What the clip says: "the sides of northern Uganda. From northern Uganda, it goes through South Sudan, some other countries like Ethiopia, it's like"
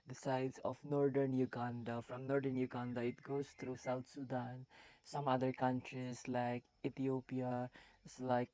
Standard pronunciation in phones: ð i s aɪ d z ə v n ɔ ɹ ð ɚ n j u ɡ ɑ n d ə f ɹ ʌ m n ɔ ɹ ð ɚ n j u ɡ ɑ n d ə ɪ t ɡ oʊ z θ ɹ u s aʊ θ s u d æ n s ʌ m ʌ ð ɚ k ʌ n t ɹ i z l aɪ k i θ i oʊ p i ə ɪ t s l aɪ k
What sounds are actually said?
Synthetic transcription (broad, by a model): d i s aɪ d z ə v n ɔ ɹ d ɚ n j u ɡ ɑ n d ə f ɹ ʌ m n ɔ ɹ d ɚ n j u ɡ ɑ n d ə ɪ t ɡ oʊ z t ɹ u s aʊ t s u d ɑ n s ʌ m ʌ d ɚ k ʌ n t ɹ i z l aɪ k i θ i oʊ p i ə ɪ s l aɪ k